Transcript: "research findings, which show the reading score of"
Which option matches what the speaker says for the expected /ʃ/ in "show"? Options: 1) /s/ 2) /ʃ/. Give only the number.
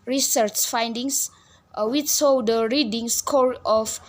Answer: 1